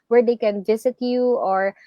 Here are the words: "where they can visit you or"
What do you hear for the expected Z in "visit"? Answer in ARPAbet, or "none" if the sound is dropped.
S